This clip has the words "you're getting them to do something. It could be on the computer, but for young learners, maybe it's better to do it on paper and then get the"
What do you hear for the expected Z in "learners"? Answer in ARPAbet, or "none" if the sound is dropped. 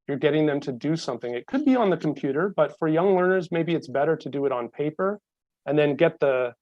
Z